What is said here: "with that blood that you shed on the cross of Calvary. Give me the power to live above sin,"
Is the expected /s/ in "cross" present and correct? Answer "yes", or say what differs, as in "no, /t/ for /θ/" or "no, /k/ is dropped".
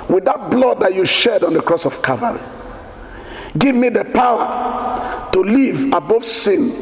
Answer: yes